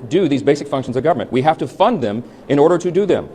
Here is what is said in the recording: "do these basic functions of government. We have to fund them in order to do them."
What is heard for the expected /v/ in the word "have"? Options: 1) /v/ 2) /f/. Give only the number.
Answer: 2